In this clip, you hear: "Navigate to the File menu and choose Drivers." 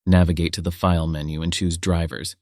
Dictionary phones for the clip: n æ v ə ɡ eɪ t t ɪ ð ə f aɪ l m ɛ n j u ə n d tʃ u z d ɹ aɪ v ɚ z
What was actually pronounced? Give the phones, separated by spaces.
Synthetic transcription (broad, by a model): n æ v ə ɡ eɪ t t ɪ ð ə f aɪ l m ɛ n j u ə n tʃ u z d ɹ aɪ v ɚ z